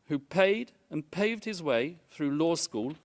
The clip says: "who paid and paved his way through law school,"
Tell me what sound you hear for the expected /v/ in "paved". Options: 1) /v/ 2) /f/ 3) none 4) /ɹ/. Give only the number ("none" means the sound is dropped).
1